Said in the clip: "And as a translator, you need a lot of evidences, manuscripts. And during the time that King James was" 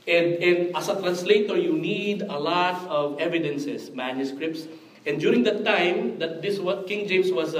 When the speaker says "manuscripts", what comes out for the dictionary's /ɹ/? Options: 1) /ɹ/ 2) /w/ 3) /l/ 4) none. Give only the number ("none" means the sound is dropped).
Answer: 1